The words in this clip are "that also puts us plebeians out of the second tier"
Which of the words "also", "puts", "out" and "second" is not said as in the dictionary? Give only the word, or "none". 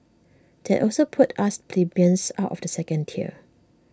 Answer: puts